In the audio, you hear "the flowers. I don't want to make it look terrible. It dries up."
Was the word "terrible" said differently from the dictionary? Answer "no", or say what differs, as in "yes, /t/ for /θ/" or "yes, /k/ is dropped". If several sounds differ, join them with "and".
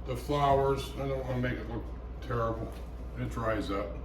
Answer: yes, /n/ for /l/